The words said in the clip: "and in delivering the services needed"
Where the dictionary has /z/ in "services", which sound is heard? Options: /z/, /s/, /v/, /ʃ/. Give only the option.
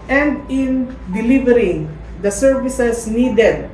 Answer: /s/